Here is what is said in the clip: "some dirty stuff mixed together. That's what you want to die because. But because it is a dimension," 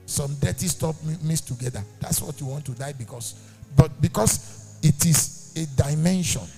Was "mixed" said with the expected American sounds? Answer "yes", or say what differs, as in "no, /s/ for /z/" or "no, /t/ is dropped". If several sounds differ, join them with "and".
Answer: no, /k/ is dropped